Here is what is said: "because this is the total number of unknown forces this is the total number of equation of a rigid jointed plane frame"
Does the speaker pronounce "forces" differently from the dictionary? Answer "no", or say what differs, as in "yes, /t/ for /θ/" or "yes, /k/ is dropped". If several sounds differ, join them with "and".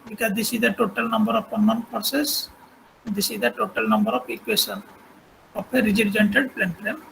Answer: yes, /p/ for /f/